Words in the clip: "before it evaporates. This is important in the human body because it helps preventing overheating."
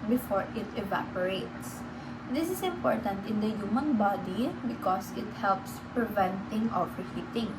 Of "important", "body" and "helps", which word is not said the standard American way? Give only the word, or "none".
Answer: none